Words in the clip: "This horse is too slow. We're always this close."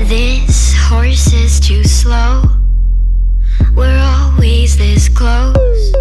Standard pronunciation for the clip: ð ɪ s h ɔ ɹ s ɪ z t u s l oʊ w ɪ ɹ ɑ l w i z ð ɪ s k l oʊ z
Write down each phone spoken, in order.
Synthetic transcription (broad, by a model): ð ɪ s h ɔ ɹ s ɪ z t u s l oʊ w ɪ ɹ ɑ l w i z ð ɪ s k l oʊ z